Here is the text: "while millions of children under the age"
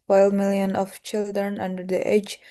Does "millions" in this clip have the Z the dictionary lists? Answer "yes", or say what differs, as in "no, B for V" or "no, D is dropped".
no, Z is dropped